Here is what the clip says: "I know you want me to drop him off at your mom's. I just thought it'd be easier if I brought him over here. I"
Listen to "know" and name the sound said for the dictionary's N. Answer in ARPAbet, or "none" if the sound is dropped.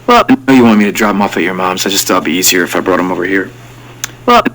L